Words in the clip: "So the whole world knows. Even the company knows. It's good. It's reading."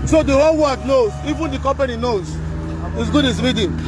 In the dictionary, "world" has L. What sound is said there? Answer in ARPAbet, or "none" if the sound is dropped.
none